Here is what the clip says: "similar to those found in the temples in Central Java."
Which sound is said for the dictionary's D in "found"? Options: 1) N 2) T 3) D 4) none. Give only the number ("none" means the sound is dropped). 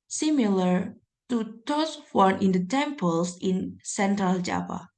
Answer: 4